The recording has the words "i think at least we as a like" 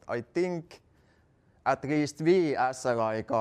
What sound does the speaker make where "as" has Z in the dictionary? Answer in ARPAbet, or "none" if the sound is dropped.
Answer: S